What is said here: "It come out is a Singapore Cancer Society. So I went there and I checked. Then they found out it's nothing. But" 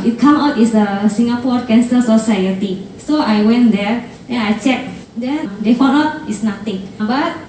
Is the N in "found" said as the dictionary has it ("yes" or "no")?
no